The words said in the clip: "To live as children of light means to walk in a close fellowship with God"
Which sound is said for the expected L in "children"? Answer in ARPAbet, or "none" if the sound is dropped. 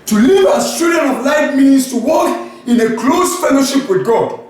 none